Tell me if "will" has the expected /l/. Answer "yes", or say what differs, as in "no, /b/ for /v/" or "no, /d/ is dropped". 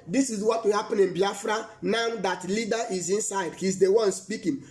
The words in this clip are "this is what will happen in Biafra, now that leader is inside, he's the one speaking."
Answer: no, /n/ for /l/